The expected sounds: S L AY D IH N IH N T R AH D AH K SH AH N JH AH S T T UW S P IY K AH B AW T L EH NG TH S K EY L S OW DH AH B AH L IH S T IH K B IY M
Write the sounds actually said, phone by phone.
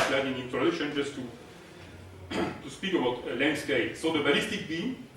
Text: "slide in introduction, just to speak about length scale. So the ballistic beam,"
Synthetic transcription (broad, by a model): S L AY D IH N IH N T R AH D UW SH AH N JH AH S T T UW S P IY K AH B AW T L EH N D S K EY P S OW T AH B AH L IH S T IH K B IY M